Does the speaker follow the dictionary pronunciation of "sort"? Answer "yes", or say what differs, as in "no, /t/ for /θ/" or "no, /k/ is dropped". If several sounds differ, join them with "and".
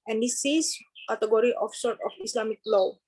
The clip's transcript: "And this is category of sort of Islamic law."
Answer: yes